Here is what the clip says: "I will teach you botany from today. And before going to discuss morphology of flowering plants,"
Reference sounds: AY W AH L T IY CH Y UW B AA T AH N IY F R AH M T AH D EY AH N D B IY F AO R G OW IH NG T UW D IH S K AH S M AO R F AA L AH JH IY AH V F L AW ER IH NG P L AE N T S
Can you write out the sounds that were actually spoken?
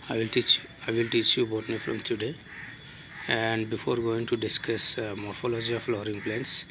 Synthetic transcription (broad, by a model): AY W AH L T IY CH Y UW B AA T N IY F R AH M T AH D EY AH N D B IY F AO R G OW IH NG T UW D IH S K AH S M AO R F AA L AH JH IY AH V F L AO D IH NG P L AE N S